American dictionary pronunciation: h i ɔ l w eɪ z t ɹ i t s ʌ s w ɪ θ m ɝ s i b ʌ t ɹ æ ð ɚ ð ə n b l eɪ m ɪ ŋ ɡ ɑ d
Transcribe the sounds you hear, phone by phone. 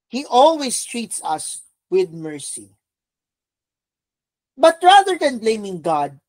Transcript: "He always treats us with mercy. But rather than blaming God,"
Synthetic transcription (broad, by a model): h i ɔ l w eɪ s t ɹ i t s ʌ s w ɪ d m ɝ s i b ʌ t ɹ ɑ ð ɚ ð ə n b l eɪ m ɪ ŋ ɡ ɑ d